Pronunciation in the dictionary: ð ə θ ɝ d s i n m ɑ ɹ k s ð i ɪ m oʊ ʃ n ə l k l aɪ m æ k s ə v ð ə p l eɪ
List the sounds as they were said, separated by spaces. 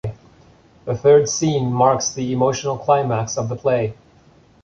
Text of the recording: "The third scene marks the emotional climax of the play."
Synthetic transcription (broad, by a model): ð ə θ ɝ d s i n m ɑ ɹ k s ð i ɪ m oʊ ʃ n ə l k l aɪ m æ k s ə v ð ə p l eɪ